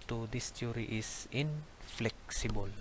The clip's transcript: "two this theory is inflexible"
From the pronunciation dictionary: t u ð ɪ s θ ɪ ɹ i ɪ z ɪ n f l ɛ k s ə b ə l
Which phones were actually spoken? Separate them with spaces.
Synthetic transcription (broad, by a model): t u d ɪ s t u ɹ i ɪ s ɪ n f l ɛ k s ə b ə l